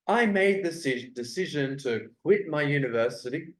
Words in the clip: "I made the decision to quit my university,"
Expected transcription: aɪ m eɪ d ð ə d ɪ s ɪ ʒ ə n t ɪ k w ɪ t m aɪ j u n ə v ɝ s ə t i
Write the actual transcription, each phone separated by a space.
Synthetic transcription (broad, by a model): aɪ m eɪ d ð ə d ɪ s ɪ ʒ ə n t ɪ k w ɪ t m aɪ j u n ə v ɝ s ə t i